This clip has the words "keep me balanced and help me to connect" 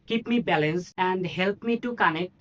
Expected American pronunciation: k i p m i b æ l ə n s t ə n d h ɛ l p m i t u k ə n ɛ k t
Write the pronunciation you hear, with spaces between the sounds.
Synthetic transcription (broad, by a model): k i p m i b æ l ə n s ə n d h ɛ l p m i t u k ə n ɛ k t